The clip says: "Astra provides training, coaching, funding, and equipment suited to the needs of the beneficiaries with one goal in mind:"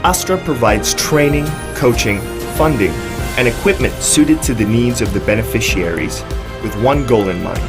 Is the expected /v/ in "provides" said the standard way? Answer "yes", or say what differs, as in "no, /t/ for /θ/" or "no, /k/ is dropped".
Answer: yes